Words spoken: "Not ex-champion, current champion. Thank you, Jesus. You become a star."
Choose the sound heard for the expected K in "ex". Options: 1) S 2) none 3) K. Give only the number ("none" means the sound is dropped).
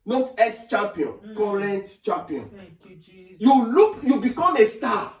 2